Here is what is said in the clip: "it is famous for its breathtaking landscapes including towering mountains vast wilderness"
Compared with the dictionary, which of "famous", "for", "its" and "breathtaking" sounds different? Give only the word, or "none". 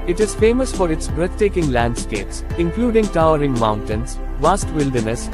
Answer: breathtaking